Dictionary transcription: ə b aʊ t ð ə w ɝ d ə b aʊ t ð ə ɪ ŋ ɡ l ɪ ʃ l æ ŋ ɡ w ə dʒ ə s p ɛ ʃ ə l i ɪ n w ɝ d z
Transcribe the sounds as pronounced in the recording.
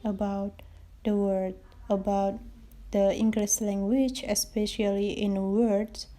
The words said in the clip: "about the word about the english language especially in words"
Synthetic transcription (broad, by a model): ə b aʊ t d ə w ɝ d ə b aʊ t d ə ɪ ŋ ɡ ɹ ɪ s l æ ŋ ɡ w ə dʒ ə s p ɛ ʃ ə l i ɪ n w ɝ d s